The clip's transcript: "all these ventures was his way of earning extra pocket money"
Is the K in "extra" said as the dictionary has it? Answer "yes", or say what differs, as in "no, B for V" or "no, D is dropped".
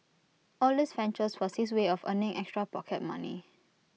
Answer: yes